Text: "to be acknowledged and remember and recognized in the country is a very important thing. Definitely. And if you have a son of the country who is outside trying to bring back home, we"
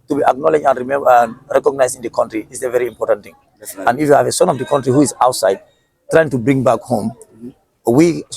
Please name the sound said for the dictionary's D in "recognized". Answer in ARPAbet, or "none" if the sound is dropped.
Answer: none